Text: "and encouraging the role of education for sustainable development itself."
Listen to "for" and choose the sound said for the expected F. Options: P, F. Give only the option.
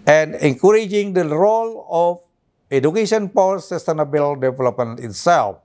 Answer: P